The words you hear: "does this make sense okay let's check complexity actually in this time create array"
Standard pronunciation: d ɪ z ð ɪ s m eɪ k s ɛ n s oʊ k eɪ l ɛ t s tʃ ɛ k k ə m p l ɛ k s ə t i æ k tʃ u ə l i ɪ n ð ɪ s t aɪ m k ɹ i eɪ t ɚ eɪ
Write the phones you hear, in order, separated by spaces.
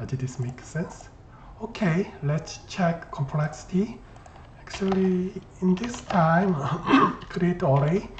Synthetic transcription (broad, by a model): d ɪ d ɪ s m eɪ k s ɛ n s oʊ k eɪ l ɛ t s tʃ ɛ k k ə m p l ɛ k s ə t i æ k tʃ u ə l i ɪ n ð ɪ s t aɪ m k ɹ i eɪ t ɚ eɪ